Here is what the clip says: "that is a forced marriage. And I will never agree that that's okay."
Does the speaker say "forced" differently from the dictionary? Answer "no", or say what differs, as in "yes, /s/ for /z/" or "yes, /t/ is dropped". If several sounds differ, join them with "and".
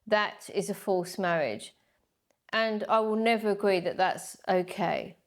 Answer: yes, /l/ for /ɹ/